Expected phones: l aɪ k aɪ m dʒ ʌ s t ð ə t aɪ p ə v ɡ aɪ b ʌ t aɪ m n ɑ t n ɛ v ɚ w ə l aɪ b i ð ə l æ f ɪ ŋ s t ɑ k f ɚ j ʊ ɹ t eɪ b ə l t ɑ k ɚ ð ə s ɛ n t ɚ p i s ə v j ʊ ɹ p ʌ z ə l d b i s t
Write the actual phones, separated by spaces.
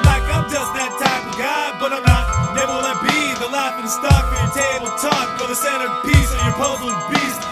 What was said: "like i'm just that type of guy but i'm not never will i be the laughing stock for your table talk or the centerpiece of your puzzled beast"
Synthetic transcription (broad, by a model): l aɪ k aɪ m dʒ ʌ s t ð ə t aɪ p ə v ɡ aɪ b ʌ t aɪ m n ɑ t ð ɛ ɚ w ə n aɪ b i ð ə l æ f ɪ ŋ s t ɑ k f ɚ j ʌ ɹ t eɪ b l t ɑ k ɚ ð ə s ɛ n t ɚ p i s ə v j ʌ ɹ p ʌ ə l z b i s